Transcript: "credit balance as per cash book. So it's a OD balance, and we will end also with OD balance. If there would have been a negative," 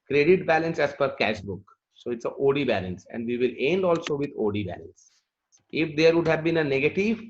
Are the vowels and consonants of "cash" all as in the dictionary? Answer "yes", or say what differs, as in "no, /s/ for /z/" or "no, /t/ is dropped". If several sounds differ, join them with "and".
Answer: yes